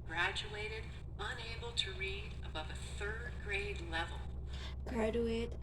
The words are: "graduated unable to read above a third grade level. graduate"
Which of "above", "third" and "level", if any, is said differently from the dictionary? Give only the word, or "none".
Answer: none